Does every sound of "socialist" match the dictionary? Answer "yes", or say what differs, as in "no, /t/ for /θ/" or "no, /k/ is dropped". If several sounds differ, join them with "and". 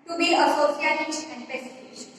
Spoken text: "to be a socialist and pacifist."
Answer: no, /s/ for /ʃ/